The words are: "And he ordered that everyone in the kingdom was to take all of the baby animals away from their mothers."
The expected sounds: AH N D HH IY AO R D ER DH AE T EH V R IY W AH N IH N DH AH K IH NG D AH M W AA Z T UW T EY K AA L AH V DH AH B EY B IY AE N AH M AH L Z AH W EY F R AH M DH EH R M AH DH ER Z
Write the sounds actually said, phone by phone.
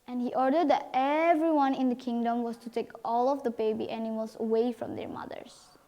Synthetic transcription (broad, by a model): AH N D HH IY AO R D ER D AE T EH V R IY W AH N IH N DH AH K IH NG D AH M W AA S T UW T EY K AA L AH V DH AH B EY B IY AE N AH M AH L S AH W EY F R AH M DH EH R M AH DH ER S